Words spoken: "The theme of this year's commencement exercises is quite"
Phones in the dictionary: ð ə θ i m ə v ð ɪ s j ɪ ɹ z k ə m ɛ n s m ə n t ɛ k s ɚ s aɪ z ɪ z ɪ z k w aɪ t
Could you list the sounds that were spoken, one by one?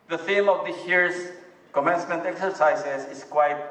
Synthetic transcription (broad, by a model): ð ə θ i m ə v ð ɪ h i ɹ s k ə m ɛ n s m ə n t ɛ k s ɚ s aɪ s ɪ s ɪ s k w aɪ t